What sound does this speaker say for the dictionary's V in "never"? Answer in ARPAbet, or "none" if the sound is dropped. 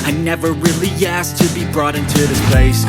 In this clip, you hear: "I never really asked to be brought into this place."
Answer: V